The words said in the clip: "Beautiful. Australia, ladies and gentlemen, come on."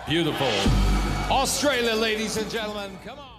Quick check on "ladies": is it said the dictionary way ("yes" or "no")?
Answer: yes